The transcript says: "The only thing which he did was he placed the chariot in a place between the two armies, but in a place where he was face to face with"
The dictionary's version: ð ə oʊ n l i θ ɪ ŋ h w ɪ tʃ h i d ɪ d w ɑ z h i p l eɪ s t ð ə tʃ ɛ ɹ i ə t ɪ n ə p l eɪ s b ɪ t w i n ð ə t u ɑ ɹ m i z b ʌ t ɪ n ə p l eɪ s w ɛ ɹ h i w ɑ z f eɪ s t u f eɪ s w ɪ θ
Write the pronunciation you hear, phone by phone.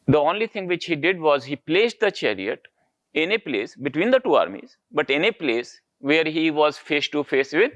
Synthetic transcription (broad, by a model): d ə oʊ n l i t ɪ ŋ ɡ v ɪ tʃ h i d ɪ d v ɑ z h i p l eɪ s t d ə tʃ ɛ ɹ i ə t ɪ n ə p l eɪ s b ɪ t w i n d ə t u ɑ ɹ m i z b ʌ t ɪ n ə p l eɪ s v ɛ ɹ h i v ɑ z f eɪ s t u f eɪ s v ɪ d